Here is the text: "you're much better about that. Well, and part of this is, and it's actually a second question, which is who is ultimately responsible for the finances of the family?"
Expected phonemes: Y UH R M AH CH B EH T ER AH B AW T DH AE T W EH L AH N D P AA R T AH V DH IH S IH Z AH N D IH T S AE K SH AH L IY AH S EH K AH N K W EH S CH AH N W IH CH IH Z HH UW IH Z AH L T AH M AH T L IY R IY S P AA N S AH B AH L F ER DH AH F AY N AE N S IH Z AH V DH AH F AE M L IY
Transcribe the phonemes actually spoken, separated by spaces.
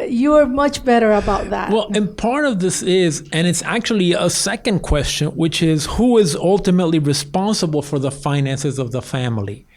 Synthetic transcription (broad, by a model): Y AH R M AH CH B EH T ER AH B AW T DH AE T W EH L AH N P AA R T AH V DH IH S IH Z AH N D IH T S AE K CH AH L IY AH S EH K AH N K W EH S CH AH N W IH CH IH Z HH UW IH Z AH L T AH M AH T L IY R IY S P AA N S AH B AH L F ER DH AH F AY N AE N S IH Z AH V DH AH F AE M L IY